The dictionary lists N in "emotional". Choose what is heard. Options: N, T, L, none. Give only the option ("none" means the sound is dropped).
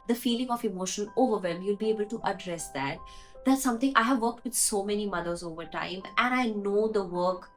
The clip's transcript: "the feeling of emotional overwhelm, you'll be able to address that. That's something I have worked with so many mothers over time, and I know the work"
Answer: none